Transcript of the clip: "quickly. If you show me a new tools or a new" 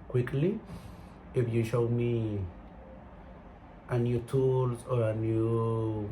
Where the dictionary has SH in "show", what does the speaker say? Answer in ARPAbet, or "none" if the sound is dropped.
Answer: SH